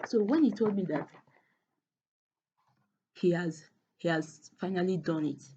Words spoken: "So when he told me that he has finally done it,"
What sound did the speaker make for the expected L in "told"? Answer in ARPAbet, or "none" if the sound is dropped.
L